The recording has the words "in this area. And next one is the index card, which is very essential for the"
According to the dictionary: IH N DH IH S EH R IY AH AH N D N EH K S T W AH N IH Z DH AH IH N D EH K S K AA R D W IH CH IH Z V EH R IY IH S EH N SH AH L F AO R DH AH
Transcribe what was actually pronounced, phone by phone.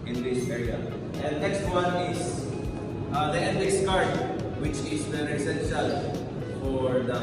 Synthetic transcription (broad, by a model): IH N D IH S EH R IY AH AH N D N EH K S T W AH N IH Z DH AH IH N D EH S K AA R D W IH CH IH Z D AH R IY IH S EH N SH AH L F AO R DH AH